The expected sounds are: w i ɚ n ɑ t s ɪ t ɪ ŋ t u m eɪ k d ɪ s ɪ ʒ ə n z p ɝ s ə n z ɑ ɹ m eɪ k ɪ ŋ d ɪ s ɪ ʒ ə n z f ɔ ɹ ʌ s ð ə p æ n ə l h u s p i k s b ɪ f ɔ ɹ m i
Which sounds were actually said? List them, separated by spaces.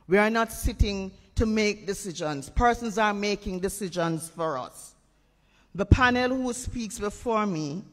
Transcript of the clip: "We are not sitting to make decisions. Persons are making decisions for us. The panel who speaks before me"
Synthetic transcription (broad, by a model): w i ɚ n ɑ t s ɪ t ɪ ŋ t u m eɪ k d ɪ s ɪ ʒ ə n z p ɝ s ə n z ɑ ɹ m eɪ k ɪ ŋ d ɪ s ɪ ʒ ə n z f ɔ ɹ ʌ s ð ə p æ n ə l h u s p i k s b ɪ f ɔ ɹ m i